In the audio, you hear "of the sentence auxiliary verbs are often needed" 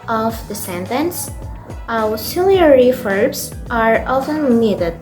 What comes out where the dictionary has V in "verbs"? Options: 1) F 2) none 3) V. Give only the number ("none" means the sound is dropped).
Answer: 1